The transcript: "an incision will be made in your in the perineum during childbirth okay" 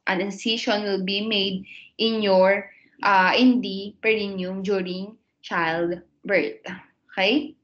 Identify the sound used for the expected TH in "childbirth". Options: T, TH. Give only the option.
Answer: T